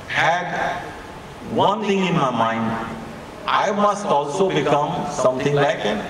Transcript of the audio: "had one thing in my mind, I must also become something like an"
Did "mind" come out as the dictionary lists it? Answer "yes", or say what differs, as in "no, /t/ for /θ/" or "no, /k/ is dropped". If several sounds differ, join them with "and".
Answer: yes